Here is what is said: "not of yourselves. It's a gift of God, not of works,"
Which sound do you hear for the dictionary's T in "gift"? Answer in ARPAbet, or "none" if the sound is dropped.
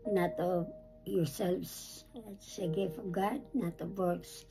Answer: none